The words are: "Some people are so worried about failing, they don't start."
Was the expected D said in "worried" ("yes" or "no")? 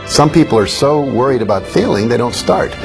yes